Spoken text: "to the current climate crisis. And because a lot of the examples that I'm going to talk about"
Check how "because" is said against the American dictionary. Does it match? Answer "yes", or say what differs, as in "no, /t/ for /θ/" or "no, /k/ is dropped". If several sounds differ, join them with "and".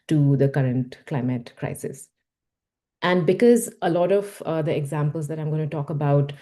yes